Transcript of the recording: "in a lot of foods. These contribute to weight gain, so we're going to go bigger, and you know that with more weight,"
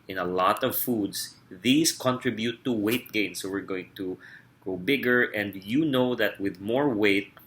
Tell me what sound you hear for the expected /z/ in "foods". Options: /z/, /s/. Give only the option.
/s/